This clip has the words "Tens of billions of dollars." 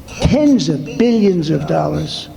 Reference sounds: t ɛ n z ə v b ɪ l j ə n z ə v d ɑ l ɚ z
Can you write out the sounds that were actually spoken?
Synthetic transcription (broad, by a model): t ɛ n z ə v b ɪ l j ə n z ə v d ɑ l ɚ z